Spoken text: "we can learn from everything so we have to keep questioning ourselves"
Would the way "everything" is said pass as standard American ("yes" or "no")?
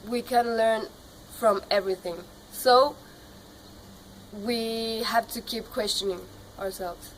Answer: yes